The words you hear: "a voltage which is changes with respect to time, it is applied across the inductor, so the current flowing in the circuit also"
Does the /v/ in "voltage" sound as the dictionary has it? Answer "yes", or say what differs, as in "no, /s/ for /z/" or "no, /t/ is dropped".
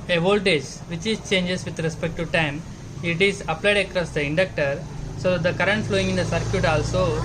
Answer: yes